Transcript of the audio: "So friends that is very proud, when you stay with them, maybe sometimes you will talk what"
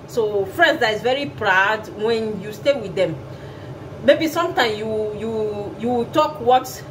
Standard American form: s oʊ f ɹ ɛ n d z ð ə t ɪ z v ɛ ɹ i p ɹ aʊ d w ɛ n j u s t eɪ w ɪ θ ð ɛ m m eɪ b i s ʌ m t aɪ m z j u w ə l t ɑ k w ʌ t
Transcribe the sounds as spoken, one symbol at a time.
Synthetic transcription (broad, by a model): s oʊ f ɹ ɛ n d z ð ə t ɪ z v ɛ ɹ i p ɹ aʊ d w ɛ n j u s t eɪ w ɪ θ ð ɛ m m eɪ b i s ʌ m t aɪ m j j u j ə w t ɑ k w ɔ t